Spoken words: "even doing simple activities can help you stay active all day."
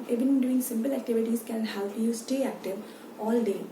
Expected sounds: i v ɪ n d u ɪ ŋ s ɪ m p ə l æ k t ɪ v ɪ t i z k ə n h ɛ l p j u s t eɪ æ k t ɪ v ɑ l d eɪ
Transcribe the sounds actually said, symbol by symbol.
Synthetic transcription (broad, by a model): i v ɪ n d u ɪ ŋ s ɪ m p ə l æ k t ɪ v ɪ t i s k ə n h ɛ l p j u s t eɪ æ k t ɪ v ɑ l d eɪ